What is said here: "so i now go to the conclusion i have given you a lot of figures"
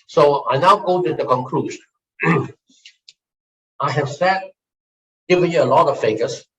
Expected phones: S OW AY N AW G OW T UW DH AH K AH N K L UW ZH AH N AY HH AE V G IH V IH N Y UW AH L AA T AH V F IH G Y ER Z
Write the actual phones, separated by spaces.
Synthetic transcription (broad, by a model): S OW AY N AW G OW T UW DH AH K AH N K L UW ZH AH IH HH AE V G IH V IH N Y UW AH L AA T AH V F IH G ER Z